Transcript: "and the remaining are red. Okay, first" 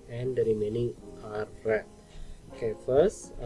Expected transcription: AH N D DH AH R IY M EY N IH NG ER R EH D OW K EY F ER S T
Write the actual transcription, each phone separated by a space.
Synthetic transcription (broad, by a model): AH N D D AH R IY M EY N IH NG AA R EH OW K EY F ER S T